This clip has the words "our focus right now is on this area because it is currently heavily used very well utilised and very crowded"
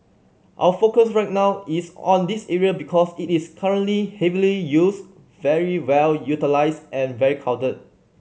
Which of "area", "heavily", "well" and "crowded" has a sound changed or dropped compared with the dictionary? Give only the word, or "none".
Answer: crowded